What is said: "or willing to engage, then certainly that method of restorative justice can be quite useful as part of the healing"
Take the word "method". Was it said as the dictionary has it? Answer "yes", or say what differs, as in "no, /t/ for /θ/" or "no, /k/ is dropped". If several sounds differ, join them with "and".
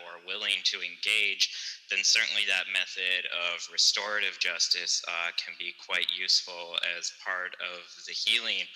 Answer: yes